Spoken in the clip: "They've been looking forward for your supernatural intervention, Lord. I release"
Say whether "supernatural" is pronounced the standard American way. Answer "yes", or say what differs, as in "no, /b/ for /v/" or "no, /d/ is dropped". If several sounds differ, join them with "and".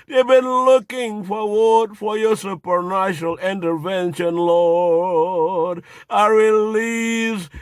no, /ʃ/ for /tʃ/